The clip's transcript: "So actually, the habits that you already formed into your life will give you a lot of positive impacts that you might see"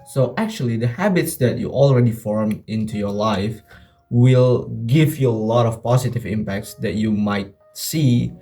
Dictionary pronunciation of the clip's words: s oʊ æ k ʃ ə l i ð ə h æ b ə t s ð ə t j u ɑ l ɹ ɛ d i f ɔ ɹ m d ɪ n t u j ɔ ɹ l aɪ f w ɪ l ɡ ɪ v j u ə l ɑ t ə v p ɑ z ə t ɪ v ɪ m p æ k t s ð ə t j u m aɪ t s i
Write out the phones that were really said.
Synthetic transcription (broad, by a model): s oʊ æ k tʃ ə l i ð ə h æ b ə t s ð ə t j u ɑ l ɹ ɛ d i f ɔ ɹ m ɪ n t u j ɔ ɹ l aɪ f w ɪ l ɡ ɪ v j u ə l ɑ t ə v p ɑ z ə t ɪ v ɪ m p æ k t s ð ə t j u m aɪ t s i